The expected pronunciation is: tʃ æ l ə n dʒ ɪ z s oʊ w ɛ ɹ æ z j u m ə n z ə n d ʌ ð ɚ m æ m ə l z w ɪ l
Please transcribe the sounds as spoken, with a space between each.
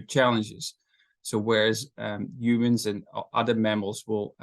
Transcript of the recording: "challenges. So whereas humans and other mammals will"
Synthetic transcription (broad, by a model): tʃ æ l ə n dʒ ɪ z s oʊ w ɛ ɹ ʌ z j u m ə n z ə n ʌ ð ɚ m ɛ m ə l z w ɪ l